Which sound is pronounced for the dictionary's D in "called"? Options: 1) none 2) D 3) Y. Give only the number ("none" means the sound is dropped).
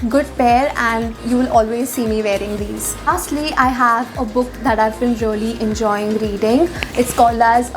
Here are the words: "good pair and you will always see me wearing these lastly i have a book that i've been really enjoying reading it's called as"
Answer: 1